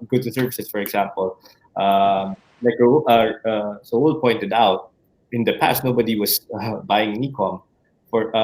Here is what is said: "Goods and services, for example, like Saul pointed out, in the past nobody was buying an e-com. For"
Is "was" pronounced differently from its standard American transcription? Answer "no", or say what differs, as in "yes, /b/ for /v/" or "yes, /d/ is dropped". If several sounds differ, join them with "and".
yes, /s/ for /z/